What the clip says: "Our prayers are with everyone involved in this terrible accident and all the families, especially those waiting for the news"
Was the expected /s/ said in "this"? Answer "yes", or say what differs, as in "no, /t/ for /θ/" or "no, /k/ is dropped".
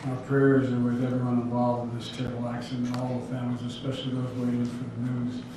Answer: yes